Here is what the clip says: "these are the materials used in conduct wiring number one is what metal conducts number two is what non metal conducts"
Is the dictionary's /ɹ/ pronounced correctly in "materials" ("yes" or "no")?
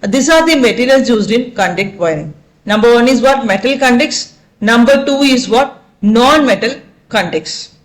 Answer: no